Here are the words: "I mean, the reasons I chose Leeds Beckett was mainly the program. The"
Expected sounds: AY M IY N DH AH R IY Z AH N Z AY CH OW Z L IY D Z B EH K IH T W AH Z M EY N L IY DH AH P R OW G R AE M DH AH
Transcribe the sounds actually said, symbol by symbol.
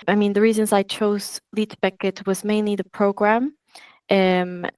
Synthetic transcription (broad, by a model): AY M IY N DH AH R IY Z AH N Z AY CH OW Z L IY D B EH K IH T W AH Z M EY N L IY DH AH P R OW G R AE M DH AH